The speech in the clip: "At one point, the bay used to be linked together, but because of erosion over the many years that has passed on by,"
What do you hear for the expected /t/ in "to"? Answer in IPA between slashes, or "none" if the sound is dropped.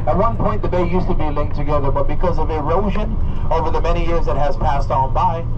/t/